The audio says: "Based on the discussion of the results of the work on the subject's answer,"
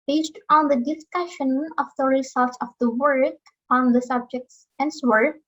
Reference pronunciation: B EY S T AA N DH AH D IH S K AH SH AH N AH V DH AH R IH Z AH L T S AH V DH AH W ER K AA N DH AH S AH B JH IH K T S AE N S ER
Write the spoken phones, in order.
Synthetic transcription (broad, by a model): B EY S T AA N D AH D IH S K AH SH AH N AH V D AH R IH S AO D T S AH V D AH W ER K AA N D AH S AH B JH IH K T S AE N S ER